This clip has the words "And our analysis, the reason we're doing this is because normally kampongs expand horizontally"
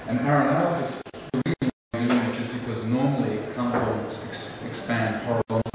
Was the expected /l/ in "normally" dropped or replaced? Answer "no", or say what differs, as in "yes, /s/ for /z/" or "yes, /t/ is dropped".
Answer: no